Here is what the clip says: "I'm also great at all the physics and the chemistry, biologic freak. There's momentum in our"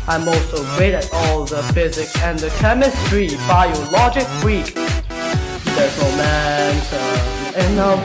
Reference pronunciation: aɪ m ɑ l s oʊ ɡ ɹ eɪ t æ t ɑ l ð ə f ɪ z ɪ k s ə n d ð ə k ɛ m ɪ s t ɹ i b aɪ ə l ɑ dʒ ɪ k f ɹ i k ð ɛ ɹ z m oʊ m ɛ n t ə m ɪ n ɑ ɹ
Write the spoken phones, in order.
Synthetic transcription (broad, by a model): aɪ m ɑ l s oʊ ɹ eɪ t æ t ɑ l ð ə f ɪ z ɪ k s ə n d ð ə k ɛ m ɪ s t ɹ i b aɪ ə l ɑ dʒ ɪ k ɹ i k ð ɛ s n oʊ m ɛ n s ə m ɪ n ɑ